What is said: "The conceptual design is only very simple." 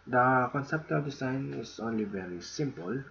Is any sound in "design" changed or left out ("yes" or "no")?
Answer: yes